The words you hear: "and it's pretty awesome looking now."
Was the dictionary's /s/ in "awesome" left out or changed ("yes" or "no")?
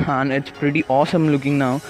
no